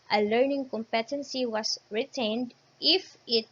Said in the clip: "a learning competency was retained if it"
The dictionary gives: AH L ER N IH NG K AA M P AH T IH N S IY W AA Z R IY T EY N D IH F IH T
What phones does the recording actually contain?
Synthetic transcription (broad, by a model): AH L ER N IH NG K AA M P AH T IH N S IY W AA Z R IY T EY N D IH F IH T